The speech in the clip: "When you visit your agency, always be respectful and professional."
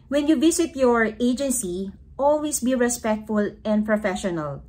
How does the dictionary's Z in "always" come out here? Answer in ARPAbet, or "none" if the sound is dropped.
S